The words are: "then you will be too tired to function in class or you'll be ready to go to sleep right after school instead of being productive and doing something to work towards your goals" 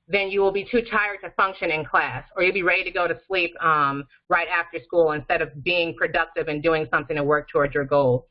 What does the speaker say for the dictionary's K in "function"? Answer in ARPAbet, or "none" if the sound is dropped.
K